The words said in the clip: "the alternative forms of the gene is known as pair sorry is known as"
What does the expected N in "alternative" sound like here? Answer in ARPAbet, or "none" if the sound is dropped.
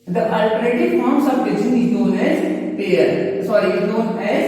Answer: none